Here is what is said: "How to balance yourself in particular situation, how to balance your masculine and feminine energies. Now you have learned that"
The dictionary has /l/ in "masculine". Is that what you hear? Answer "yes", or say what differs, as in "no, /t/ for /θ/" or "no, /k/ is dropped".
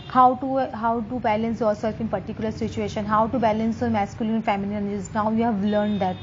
no, /l/ is dropped